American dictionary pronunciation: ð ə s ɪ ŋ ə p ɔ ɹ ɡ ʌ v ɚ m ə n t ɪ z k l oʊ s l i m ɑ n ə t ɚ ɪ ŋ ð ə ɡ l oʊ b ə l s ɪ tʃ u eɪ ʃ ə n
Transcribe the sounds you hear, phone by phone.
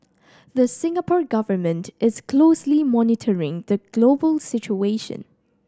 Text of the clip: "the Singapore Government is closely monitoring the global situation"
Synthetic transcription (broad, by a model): ð ə s ɪ ŋ ə p ɔ ɹ ɡ ʌ v ɚ m ə n t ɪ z k l oʊ s l i m ɑ n ə t ɚ ɪ ŋ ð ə ɡ l oʊ b ə l s ɪ tʃ u eɪ ʃ ə n